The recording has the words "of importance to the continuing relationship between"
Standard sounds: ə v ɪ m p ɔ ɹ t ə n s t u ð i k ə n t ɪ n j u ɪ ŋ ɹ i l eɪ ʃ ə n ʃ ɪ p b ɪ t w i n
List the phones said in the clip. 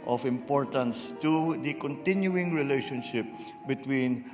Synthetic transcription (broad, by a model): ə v ɪ m p ɔ ɹ t ə n s t u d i k ə n t ɪ n j u ɪ ŋ ɹ i l eɪ ʃ ə n ʃ ɪ p b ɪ t w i n